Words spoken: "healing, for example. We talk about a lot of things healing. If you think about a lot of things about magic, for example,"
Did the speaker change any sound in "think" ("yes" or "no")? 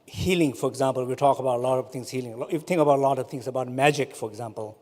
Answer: yes